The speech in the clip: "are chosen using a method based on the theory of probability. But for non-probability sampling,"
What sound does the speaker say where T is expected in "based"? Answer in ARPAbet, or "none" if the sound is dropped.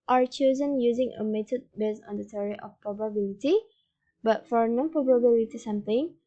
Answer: none